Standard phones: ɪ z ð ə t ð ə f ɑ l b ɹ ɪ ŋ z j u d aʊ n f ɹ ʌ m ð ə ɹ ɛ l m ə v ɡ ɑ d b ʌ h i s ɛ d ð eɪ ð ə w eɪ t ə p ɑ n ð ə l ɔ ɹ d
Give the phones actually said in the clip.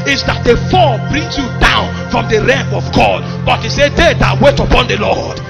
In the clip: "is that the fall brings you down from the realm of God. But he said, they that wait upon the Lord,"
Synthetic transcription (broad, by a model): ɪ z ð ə t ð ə f ɑ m b ɹ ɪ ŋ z j u d aʊ n f ɹ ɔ m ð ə ɹ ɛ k ə v ɡ ɑ d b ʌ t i s ɛ d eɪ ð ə w eɪ t ə p ɑ n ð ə l ɔ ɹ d